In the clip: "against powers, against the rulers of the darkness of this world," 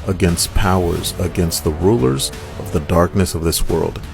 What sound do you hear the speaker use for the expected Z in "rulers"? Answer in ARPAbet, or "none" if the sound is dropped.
Z